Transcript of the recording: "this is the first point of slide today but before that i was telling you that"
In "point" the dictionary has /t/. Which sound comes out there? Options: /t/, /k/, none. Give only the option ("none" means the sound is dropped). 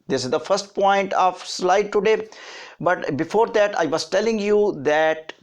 /t/